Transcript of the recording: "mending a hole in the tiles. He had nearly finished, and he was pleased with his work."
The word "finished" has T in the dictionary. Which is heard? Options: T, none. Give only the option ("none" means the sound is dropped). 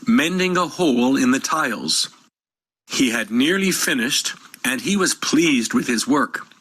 T